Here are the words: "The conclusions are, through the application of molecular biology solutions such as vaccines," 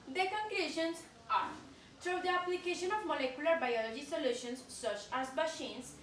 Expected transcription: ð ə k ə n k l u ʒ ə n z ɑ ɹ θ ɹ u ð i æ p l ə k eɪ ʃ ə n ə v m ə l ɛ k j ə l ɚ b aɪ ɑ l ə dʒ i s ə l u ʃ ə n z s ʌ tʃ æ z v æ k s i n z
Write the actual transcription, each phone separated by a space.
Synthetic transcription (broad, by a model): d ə k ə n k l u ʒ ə n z ɑ ɹ t ɹ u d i æ p l ə k eɪ ʃ ə n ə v m ə l ɛ k j ə l ɚ b aɪ ɑ l ə dʒ i s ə l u ʃ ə n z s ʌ tʃ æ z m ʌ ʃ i n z